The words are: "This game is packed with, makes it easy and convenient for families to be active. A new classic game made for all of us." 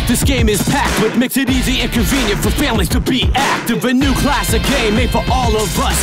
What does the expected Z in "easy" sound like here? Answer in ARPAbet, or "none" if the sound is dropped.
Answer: Z